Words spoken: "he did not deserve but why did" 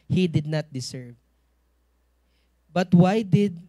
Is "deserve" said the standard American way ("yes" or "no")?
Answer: no